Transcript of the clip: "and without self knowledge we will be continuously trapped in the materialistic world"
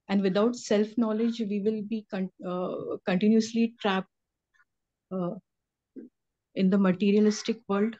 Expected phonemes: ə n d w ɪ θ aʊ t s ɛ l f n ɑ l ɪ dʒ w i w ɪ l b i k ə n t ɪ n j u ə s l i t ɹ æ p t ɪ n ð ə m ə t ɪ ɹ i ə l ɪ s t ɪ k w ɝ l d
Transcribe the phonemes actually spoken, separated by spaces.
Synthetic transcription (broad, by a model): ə n d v ɪ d aʊ t s ɛ l f n ɑ l ɪ dʒ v i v ɪ l b i k ə n t ɪ n j u ə s l i t ɹ æ p t ɪ n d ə m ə t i ɹ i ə l ɪ s t ɪ k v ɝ l d